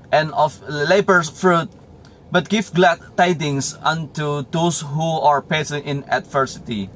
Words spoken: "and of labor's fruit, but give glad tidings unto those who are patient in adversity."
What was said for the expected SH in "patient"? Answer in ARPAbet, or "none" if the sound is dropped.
S